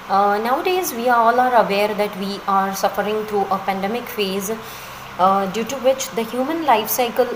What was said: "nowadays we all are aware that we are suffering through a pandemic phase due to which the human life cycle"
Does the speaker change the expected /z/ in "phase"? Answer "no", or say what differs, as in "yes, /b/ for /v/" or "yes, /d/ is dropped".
no